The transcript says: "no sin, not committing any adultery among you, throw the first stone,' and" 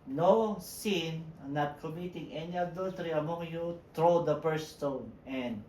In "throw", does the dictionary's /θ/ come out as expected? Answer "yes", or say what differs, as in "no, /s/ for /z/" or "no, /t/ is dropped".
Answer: no, /t/ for /θ/